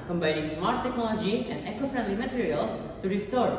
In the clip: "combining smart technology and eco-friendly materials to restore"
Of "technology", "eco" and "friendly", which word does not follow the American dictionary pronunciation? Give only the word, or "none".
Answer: none